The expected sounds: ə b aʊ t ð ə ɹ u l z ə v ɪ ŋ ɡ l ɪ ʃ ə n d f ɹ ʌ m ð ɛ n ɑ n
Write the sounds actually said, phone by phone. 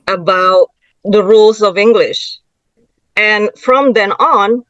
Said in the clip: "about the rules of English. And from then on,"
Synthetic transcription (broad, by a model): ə b aʊ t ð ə ɹ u l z ə v ɪ ŋ ɡ l ɪ ʃ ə n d f ɹ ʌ m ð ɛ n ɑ n